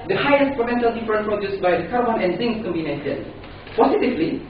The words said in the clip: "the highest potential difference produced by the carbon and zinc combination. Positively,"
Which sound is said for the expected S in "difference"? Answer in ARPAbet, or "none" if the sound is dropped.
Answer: none